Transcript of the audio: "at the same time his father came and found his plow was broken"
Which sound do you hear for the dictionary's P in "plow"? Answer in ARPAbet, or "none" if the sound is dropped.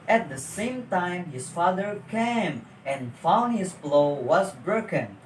B